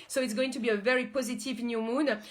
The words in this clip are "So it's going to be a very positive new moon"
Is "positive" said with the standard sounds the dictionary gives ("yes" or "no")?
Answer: yes